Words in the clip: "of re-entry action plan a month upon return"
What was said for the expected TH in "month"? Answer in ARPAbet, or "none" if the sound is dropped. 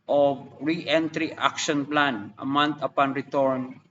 T